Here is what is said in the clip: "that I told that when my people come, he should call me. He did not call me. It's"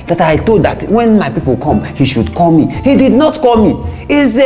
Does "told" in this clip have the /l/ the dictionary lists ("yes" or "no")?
no